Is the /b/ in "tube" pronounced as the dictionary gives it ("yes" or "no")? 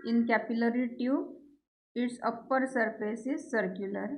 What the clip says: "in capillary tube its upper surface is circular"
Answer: no